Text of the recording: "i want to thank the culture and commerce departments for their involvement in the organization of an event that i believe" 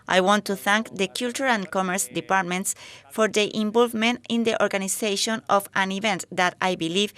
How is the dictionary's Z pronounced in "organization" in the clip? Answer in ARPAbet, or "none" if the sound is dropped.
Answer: S